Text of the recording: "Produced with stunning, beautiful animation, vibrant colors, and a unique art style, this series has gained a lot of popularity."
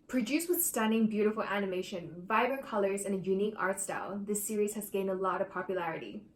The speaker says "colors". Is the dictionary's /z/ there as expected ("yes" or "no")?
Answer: yes